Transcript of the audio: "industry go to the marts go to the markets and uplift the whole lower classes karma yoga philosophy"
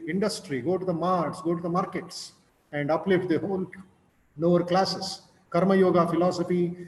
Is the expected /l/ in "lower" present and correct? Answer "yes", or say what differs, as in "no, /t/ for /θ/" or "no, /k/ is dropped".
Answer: no, /n/ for /l/